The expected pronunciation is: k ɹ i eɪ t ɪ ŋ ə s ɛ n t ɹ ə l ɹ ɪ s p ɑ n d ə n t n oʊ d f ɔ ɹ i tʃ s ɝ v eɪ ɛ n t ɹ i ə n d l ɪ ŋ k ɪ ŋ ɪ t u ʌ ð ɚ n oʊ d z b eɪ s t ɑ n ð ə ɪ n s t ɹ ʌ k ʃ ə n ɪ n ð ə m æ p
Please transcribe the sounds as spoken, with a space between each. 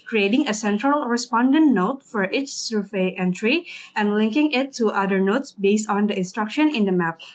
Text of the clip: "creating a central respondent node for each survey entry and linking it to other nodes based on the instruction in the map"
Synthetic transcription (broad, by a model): k ɹ i eɪ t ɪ ŋ ə s ɛ n t ɹ ə l ɹ ɪ s p ɑ n d ə n t n oʊ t f ɔ ɹ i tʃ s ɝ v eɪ ɛ n t ɹ i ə n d l ɪ ŋ k ɪ ŋ ɪ t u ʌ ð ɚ n oʊ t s b eɪ s t ɑ n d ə ɪ n s t ɹ ʌ k ʃ ə n ɪ n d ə m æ p